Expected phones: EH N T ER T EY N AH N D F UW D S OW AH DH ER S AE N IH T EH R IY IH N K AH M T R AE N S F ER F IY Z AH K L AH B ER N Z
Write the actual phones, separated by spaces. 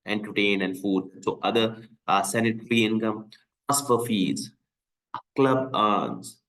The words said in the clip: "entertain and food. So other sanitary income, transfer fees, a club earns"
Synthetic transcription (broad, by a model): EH N T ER T EY N AH N D F UW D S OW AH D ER S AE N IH T R IY IH N K AH M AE S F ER F IY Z K L AH B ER N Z